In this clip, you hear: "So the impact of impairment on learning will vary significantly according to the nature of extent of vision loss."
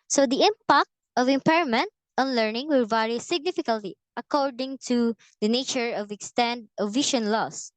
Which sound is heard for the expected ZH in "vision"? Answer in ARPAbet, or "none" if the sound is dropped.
SH